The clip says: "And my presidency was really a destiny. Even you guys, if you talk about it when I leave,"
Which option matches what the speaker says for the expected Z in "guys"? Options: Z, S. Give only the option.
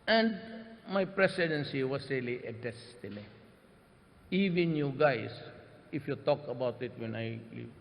S